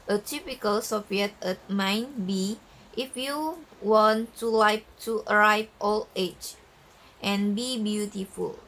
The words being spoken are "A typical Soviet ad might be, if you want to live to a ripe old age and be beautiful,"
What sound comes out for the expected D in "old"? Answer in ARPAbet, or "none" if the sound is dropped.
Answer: none